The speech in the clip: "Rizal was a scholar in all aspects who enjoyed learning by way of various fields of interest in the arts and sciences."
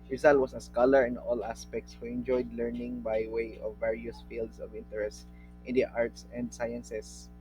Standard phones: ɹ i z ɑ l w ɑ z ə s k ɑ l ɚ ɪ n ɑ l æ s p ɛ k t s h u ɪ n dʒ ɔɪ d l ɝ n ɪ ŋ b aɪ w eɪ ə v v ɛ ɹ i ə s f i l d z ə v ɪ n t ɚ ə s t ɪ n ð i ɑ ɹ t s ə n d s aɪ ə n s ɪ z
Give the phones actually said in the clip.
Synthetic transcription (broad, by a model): ɹ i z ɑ l w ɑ s ə s k ɑ l ɚ ɪ n ɑ l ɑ s p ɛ k t s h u ɪ n dʒ ɔɪ d l ɝ n ɪ ŋ b aɪ w eɪ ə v v ɛ ɹ i ə s f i l d s ə v ɪ n t ɚ ə s t ɪ n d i ɑ ɹ t s ə n d s aɪ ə n s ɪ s